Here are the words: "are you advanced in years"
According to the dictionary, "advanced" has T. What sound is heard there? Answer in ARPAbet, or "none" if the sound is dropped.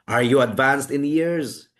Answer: T